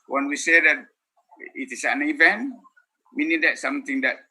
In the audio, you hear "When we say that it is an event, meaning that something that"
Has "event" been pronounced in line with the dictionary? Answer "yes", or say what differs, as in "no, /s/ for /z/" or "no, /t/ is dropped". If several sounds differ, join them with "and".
yes